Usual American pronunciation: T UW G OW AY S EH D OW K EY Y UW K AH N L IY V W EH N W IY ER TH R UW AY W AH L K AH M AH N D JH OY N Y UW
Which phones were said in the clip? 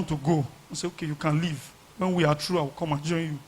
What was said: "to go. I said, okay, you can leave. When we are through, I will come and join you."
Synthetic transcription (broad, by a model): T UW G OW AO S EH OW K EY Y UW K AH N L IY V W EH N W IY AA T R UW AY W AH K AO M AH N JH OY N Y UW